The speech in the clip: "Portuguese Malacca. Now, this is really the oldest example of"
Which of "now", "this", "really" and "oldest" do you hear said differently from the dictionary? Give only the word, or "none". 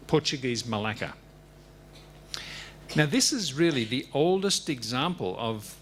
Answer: none